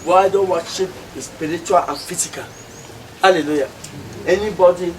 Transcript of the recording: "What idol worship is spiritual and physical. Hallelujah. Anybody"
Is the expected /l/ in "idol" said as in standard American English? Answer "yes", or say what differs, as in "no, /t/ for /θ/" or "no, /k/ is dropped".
no, /n/ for /l/